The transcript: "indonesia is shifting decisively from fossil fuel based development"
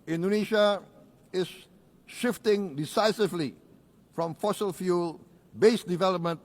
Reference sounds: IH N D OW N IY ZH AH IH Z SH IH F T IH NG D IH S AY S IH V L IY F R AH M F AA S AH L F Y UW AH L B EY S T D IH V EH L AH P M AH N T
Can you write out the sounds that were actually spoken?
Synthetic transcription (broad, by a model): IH N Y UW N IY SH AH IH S SH IH F T IH NG D IH S AY S IH V L IY F R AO M F AA S AH L F Y UW L B EY S D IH V EH L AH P M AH N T